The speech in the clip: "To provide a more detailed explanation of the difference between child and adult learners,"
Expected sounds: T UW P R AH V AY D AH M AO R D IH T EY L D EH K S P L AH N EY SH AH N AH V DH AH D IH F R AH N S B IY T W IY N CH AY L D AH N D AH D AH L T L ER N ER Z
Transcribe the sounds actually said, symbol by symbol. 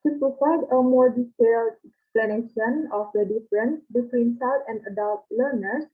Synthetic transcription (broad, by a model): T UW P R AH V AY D AH M AO R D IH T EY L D EH K S P L AH N EY SH AH N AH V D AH D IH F R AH N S B IY T W IY N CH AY D AH N D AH D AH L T L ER N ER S